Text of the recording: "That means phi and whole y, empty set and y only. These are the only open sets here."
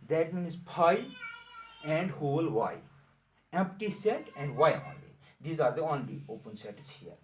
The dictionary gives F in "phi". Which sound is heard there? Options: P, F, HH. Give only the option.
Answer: P